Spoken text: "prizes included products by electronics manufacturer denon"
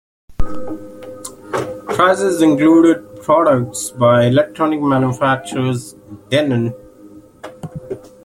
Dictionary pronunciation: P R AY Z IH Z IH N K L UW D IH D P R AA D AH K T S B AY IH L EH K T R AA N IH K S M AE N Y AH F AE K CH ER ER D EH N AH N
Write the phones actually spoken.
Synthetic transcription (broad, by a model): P R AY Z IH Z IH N K L UW D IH D P R AA D AH K T S B AY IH L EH K T R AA N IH K M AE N Y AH F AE K CH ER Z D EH N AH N